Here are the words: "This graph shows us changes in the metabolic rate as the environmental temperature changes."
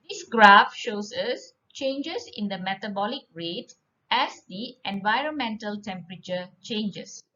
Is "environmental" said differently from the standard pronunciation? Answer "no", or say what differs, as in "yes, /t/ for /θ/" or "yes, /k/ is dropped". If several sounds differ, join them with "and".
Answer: no